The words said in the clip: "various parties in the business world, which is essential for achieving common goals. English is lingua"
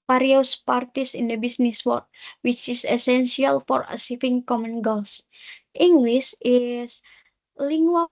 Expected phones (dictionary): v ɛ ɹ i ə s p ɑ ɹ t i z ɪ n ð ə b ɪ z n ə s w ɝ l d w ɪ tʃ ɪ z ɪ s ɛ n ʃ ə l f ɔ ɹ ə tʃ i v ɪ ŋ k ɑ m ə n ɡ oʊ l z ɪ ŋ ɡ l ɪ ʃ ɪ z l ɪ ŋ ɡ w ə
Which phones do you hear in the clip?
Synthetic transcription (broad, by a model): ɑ ɹ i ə s p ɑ ɹ t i s ɪ n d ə b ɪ s n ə s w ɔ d w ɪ tʃ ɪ s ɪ s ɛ n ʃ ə l f ɔ ɹ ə s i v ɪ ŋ k ɑ m ə n ɡ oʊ l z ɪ ŋ ɡ l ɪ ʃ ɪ s l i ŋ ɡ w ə